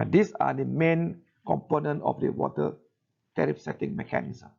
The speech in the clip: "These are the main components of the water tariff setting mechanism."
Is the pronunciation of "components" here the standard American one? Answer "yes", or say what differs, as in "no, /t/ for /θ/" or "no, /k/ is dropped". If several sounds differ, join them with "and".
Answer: no, /s/ is dropped